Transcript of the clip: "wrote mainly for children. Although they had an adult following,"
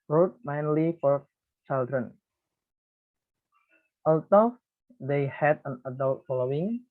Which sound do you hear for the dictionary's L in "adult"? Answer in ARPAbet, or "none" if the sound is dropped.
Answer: L